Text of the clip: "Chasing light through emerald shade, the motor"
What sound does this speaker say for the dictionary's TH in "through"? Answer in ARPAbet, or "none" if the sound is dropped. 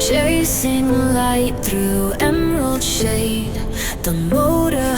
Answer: TH